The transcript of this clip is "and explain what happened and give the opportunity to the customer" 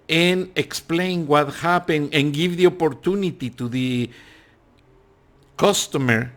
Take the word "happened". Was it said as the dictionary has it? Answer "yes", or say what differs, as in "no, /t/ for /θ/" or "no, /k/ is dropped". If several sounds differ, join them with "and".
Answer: no, /d/ is dropped